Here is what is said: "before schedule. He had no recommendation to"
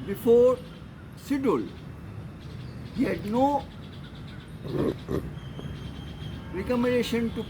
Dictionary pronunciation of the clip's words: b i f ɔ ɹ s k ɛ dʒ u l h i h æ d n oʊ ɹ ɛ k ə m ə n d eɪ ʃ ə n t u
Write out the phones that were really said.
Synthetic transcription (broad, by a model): b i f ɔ ɹ s ɪ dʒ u l h i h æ d n oʊ ɹ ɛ k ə m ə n d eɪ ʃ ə n t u